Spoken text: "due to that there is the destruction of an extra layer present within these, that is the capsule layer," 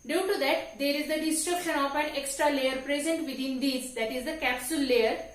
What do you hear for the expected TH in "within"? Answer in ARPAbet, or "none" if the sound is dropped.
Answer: T